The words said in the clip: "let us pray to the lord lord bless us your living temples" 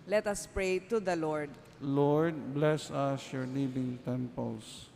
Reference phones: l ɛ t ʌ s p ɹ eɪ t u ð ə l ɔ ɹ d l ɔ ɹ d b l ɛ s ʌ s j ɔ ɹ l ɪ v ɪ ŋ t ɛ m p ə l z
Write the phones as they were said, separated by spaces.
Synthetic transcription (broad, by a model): l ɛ t ʌ s p ɹ eɪ t u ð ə l ɔ ɹ d l ɔ ɹ d b l ɛ s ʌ s j ɔ ɹ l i b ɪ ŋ t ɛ m p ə l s